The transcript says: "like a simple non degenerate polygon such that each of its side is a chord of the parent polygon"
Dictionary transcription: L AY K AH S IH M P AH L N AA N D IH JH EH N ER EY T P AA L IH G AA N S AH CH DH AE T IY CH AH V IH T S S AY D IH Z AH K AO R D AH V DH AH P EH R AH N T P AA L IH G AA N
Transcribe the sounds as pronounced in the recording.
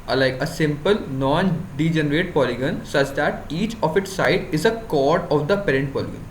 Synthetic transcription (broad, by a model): L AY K AH S IH M P AH L N AA N D IH JH EH N ER EY T P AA L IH G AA N S AH CH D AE T IY CH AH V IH T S S AY D IH Z AH K AO R D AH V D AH P EH R AH N T P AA L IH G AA N